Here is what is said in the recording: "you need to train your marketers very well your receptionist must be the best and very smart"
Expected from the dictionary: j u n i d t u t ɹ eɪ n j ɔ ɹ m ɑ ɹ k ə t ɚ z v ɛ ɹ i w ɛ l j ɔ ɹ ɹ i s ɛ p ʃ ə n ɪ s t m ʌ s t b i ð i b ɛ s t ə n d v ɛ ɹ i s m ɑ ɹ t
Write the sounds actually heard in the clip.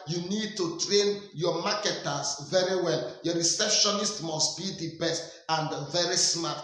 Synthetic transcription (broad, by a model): j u n i d t u t ɹ eɪ n j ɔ m ɑ k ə t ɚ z v ɛ ɹ i w ɛ l j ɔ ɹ ɹ i s ɛ p ʃ ə n ɪ s t m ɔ s t b i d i b ɛ s t ə n d v ɛ ɹ i s m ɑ t